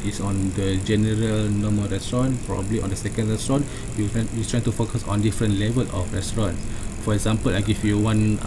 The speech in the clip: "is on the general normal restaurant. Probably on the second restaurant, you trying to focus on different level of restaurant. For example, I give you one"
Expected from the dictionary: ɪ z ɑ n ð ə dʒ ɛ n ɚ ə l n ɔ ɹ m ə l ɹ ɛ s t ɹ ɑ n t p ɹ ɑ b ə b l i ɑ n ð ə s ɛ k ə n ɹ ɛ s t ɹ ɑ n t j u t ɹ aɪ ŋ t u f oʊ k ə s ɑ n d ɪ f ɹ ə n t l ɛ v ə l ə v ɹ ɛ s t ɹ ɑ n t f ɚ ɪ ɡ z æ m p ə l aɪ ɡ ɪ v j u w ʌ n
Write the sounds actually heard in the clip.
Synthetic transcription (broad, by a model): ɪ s ɑ n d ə dʒ ɛ n ɚ ə l n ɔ m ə ɹ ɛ s t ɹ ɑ n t p ɹ ɑ b ə b l i ɑ n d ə s ɛ k ə n ɹ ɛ s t ɹ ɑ n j j u t ɹ aɪ ŋ t u f oʊ k ə s ɑ n d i f ɹ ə n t l ɛ v ə l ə f ɹ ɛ s t ɹ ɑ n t f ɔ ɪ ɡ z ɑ m p ə l aɪ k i f j u w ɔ n